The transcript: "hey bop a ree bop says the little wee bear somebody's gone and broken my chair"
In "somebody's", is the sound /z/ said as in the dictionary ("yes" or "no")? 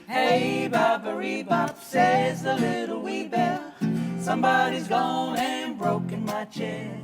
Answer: yes